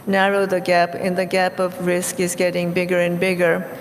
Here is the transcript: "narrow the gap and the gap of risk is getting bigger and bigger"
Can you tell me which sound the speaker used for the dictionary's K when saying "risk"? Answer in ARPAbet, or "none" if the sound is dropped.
K